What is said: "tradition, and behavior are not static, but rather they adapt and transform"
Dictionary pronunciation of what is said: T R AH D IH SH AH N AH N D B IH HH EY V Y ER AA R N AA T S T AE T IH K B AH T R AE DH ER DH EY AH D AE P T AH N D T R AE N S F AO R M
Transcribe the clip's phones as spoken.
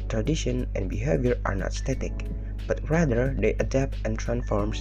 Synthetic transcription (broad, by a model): T R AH D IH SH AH N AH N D B IH HH EY V Y ER AA R N AA T S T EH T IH K B AH T R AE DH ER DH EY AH D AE P T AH N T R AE N S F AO R M